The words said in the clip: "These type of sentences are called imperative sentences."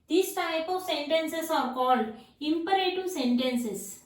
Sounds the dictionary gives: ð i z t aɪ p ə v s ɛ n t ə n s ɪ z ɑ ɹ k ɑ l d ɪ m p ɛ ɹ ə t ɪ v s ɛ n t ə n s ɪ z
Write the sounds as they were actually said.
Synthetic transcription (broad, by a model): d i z t aɪ p ə v s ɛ n t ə n s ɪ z ɑ ɹ k ɑ l d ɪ m p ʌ ɹ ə t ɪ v s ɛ n t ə n s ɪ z